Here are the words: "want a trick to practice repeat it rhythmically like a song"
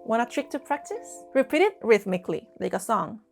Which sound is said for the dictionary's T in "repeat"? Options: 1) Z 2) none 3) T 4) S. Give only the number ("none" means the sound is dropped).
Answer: 3